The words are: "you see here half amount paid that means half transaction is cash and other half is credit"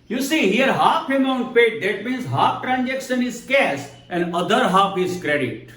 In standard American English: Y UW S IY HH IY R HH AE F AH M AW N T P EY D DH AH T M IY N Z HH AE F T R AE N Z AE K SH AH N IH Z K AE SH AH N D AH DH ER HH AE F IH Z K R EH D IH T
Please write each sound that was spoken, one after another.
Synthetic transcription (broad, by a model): Y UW S IY HH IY R HH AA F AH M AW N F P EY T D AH T M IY N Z HH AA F T R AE N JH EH K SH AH N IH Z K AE S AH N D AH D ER HH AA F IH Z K R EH D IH T